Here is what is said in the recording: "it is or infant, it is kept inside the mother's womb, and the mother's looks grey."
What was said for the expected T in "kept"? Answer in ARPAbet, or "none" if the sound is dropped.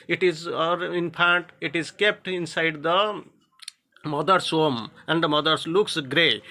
T